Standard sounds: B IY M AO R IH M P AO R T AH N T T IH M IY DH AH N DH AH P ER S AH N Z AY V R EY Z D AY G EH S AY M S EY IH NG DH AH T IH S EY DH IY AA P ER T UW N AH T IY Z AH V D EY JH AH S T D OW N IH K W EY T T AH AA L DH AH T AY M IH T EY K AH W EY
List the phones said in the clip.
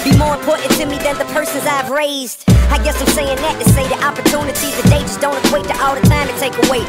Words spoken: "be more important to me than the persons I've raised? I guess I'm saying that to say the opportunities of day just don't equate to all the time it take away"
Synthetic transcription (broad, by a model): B IY M AO R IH M P AO R T N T T IH M IY DH AH N DH AH P ER S AH N Z AY V R EY Z D AY G EH S AY M S EY IH NG DH AH T IH S EY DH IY AA P ER T UW N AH T IY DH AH D EY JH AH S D OW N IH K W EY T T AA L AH T AY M IH T EY K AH W EY